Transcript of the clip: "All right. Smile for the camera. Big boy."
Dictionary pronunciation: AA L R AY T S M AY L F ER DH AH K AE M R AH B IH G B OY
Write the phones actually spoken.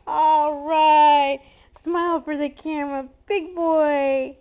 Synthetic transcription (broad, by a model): AA L R AY T S M AY L F ER DH AH K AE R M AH B IH G B OY